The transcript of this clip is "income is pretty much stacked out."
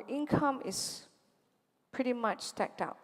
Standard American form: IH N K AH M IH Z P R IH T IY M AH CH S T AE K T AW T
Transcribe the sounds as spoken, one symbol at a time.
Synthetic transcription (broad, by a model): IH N K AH M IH S P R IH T IY M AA CH S T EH K T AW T